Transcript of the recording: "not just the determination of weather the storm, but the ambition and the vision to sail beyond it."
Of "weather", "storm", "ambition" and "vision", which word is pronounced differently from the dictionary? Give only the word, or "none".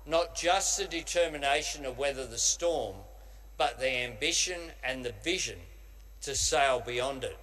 none